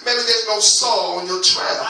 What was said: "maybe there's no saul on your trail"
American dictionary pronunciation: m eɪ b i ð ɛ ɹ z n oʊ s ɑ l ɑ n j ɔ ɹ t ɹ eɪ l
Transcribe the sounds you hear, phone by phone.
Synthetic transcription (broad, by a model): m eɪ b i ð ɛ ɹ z n oʊ s ɑ l ɑ n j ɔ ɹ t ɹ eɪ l